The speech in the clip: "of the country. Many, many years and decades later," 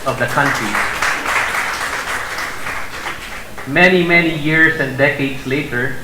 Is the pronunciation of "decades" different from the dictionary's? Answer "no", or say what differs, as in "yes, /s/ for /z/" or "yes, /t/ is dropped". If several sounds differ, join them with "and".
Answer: yes, /s/ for /z/